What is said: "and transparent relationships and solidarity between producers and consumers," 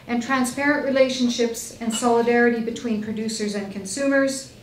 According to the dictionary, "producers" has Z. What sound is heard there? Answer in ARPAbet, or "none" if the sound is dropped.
Z